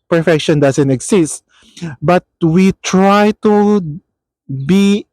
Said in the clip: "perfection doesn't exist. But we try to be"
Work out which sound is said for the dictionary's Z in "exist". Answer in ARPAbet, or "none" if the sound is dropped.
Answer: S